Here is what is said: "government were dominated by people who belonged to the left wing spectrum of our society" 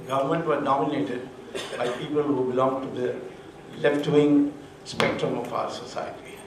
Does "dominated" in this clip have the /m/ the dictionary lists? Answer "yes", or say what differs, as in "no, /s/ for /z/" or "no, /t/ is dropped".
no, /m/ is dropped